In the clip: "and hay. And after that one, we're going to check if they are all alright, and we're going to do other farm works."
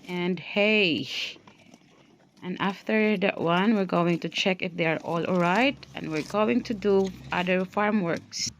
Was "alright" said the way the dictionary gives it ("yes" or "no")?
yes